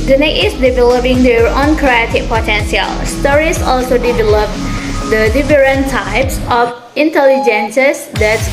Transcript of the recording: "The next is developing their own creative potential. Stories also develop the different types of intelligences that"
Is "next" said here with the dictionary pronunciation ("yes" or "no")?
no